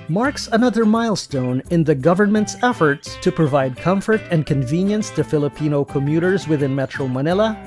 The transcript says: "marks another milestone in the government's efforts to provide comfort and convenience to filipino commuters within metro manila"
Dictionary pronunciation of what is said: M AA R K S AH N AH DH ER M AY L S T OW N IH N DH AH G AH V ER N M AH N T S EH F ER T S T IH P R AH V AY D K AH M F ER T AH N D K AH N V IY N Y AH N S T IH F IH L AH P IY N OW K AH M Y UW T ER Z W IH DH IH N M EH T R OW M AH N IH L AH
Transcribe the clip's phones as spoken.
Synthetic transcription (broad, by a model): M AA R K S AH N AH DH ER M AY L S T OW N IH N DH AH G AH V ER N M AH N T S EH F ER T S T IH P R AH V AY D K AH M F ER T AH N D K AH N V IY N Y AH N S T IH F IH L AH P IY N OW K AH M Y UW T ER Z W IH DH IH N M EH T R OW M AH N IH L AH